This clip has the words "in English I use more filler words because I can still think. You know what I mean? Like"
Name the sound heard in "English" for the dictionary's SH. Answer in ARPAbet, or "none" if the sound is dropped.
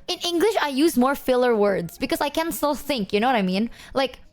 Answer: SH